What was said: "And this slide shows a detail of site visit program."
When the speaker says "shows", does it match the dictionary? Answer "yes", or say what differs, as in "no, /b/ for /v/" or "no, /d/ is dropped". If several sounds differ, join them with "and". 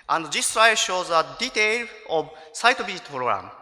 yes